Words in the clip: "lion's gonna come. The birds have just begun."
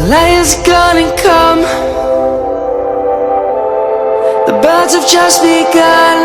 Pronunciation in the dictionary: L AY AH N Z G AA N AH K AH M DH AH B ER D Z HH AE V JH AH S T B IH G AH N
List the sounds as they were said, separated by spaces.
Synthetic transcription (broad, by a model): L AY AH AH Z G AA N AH K AH M DH AH B ER D Z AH V JH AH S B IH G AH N